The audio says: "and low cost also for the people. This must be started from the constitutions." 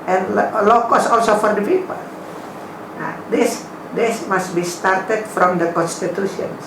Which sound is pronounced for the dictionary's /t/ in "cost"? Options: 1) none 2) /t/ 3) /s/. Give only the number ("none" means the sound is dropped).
1